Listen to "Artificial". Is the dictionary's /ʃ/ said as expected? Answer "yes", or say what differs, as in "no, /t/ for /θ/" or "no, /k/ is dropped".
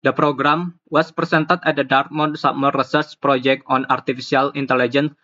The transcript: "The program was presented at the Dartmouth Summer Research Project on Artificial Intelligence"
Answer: no, /s/ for /ʃ/